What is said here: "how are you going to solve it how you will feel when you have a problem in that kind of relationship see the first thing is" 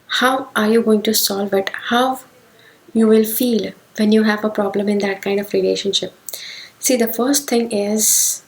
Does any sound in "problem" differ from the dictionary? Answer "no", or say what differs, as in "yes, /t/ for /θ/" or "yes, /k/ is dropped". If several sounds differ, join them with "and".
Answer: no